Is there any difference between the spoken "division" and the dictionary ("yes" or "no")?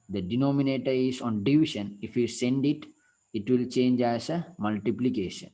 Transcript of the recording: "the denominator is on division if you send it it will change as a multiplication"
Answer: yes